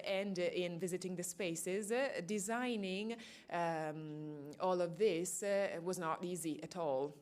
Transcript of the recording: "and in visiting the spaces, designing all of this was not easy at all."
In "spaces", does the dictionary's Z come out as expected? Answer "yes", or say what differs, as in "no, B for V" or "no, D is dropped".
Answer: yes